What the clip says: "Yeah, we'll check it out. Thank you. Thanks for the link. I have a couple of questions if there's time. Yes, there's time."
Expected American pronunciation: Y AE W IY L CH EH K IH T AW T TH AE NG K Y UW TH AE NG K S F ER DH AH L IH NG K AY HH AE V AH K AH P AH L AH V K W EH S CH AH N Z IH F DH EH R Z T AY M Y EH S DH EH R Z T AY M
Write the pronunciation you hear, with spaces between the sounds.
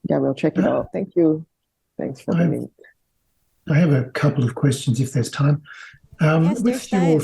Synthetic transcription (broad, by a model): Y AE W IY L CH EH K IH T AW T TH AE NG K Y UW TH AE NG K S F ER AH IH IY AY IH V AH K AH P L AH V K W EH S CH AH N Z IH F DH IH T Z T AY M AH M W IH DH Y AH